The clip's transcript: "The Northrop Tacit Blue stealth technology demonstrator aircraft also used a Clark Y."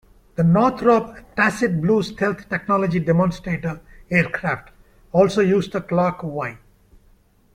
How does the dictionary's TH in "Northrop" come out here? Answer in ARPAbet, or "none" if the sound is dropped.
T